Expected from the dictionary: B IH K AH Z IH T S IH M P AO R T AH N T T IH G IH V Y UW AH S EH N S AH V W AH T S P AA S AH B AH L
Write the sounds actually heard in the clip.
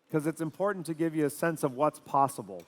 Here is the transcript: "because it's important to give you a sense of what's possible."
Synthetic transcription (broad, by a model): K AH Z IH T S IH M P AO R T N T T IH G IH V Y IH AH S EH N S AH V W AH T S P AA S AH B L